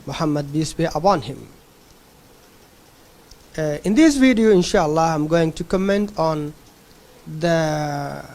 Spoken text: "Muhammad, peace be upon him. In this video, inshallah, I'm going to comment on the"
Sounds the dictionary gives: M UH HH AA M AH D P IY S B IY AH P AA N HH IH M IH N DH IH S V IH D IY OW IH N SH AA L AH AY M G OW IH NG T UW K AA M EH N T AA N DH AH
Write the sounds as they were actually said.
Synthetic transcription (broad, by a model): M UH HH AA M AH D B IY S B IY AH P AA N HH IH M IH N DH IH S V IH D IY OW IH N SH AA L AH AY M G OW IH NG T UW K AA M EH N T AA N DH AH